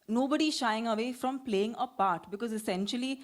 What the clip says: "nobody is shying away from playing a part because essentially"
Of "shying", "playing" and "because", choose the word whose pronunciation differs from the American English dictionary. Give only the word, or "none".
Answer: none